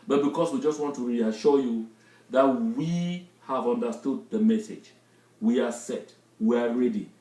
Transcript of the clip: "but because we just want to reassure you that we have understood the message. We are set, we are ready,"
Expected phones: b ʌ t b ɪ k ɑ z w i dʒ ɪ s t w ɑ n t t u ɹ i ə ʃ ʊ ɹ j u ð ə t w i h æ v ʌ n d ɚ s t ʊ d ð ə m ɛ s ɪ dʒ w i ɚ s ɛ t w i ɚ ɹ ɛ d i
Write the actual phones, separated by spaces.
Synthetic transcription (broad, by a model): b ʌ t b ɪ k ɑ s w i dʒ ɪ s t w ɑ n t t u ɹ i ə ʃ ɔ j u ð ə t w i h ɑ v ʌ n d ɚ s t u d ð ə m ɛ s ɪ dʒ w i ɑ s ɛ t w i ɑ ɹ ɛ d i